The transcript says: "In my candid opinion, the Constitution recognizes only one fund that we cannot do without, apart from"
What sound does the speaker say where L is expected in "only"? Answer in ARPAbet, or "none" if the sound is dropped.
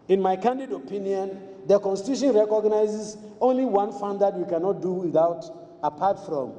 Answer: L